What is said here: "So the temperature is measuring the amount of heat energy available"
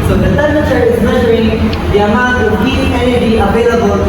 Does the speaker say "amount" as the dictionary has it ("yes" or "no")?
no